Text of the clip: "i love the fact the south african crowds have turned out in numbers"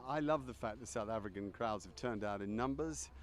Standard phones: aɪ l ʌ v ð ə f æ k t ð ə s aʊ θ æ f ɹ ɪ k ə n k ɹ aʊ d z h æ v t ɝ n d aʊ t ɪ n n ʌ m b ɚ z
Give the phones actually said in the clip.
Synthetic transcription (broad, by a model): aɪ l ʌ v ð ə f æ k ð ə s aʊ θ æ f ɹ ɪ k ə n k ɹ aʊ d z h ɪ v t ɝ n d aʊ t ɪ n n ʌ m b ɚ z